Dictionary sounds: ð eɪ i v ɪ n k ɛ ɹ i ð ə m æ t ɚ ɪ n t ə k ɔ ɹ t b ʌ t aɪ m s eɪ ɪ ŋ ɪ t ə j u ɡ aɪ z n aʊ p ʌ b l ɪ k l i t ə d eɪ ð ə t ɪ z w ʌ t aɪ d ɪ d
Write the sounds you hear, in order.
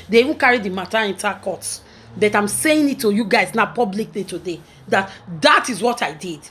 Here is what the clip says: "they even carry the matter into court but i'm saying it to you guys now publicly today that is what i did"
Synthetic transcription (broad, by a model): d eɪ i v ɪ n k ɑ ɹ i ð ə m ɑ t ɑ ɪ n t ə k ɔ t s b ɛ t aɪ m s eɪ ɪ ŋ ɪ t ə j u ɡ aɪ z n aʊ p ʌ b l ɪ k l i t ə d eɪ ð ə t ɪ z w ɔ t aɪ d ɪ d